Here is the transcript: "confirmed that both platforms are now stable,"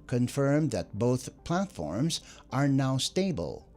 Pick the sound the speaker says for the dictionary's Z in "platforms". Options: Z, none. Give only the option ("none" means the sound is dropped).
Z